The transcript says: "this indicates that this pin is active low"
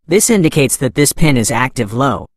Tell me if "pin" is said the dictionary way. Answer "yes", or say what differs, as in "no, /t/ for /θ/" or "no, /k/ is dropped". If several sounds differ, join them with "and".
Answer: yes